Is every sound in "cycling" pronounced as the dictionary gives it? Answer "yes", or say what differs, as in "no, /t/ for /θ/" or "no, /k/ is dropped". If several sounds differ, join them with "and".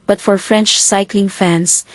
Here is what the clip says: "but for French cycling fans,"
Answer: yes